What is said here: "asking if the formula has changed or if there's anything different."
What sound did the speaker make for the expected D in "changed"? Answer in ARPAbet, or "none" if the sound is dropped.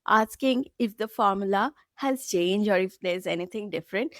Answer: none